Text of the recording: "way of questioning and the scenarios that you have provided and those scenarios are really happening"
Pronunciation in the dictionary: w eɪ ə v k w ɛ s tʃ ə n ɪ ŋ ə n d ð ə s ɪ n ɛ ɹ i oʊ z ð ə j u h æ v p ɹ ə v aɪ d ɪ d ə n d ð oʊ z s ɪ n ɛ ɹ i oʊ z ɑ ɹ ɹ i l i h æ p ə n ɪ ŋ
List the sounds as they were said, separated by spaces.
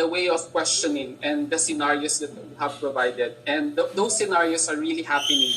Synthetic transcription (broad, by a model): w eɪ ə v k w ɛ s tʃ ə n ɪ ŋ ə n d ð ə s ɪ n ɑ ɹ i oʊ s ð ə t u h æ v p ɹ ə v aɪ d ɪ d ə n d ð oʊ s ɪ n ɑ ɹ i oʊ s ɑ ɹ ɹ i l i h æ p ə n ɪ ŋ